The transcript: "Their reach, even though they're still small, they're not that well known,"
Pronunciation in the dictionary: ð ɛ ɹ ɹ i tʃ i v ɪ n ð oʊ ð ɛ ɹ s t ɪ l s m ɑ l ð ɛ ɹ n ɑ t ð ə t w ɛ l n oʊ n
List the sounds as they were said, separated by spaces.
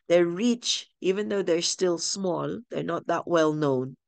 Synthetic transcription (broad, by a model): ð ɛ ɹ ɹ i tʃ i v ɪ n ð oʊ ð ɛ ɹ s t ɪ l s m ɑ l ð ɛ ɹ n ɑ t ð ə t w ɛ l n oʊ n